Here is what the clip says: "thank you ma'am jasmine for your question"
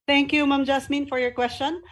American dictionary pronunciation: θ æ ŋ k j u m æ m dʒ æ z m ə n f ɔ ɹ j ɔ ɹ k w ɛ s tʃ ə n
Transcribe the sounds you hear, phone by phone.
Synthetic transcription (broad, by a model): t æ ŋ k j u m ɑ m dʒ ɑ s m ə n f ɔ ɹ j ɔ ɹ k w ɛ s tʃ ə n